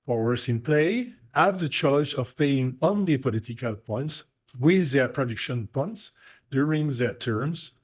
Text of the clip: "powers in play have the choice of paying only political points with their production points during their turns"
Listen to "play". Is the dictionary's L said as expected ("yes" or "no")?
yes